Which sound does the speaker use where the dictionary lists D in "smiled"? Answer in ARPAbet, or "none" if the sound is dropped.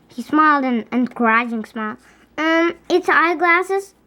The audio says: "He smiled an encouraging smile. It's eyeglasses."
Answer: D